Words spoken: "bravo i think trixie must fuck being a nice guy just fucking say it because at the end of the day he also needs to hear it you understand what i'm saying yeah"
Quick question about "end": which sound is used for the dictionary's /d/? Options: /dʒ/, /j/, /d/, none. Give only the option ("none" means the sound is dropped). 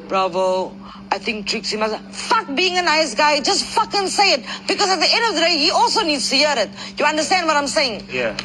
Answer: /d/